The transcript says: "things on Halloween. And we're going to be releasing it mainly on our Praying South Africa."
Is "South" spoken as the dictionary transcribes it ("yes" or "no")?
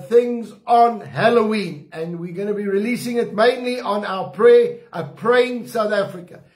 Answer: yes